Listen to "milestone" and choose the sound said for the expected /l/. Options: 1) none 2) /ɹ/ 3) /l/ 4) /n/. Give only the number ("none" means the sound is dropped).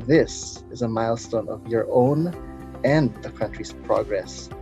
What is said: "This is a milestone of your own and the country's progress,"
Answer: 3